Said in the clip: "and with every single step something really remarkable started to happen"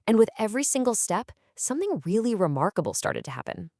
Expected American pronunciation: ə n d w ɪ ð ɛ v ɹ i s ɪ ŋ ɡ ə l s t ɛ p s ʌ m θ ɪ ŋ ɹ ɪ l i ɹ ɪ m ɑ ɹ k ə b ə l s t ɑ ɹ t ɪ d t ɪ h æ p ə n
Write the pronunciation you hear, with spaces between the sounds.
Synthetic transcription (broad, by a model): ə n w ɪ ð ɛ v ɹ i s ɪ ŋ ɡ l s t ɛ p s ʌ m θ ɪ ŋ ɹ ɪ l i ɹ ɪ m ɑ ɹ k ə b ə l s t ɑ ɹ t ɪ d t ɪ h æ p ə n